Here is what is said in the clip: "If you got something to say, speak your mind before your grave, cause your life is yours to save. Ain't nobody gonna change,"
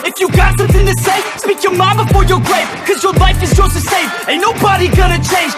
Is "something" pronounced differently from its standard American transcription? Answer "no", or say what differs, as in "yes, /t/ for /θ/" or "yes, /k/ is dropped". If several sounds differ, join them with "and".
no